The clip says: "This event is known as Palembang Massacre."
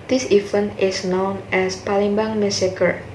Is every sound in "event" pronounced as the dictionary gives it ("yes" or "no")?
no